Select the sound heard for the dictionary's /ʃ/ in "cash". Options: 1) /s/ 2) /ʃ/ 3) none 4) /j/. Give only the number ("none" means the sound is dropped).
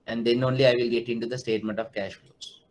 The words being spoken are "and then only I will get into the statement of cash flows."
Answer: 2